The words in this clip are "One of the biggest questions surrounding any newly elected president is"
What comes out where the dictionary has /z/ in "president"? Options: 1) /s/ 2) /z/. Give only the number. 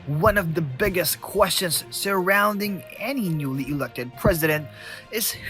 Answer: 2